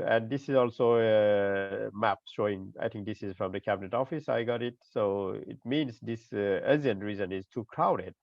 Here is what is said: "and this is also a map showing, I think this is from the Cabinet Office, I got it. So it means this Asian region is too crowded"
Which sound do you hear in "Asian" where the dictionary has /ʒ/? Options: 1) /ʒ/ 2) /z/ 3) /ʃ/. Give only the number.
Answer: 2